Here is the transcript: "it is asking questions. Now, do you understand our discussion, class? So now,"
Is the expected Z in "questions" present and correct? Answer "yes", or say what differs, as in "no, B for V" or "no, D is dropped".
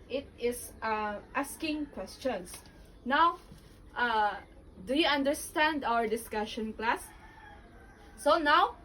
no, S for Z